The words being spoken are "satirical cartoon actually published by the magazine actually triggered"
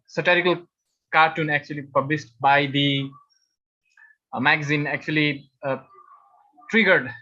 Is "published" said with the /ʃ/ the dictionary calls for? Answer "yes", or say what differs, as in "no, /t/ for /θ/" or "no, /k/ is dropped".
no, /s/ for /ʃ/